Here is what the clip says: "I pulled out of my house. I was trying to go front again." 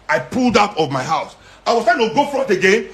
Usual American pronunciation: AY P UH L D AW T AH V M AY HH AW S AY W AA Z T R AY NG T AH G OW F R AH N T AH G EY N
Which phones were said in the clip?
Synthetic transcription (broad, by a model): AY P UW L D AW T AH V M AY HH AW S AY W AA Z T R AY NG T AH G OW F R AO T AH G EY N